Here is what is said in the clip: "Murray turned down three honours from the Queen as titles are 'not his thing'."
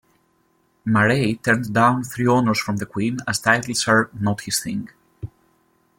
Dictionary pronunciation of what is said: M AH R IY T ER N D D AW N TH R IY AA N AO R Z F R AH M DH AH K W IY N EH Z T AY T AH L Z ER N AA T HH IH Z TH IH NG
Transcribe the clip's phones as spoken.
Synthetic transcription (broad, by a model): M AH R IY T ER N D D AW N TH R IY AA N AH R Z F R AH M DH AH K W IY N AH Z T AY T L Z ER N AA T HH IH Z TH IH NG